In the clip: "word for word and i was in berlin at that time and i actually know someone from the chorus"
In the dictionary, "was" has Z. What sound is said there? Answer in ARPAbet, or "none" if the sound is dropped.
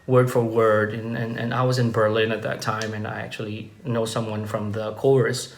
Z